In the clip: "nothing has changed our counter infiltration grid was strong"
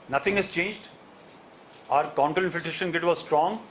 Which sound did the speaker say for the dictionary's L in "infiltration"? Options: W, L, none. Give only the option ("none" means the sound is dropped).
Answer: none